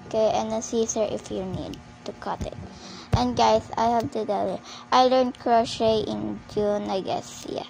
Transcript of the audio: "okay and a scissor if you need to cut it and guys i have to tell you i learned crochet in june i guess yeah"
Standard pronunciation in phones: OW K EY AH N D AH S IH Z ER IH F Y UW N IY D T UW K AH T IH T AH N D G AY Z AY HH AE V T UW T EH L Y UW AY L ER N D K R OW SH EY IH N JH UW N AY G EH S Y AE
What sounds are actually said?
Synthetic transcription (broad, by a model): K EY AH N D AH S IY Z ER IH F Y UW N IY D T UW K AH T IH T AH N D G AY S AY HH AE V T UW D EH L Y AY L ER N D K R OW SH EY IH N JH UW N AY G EH S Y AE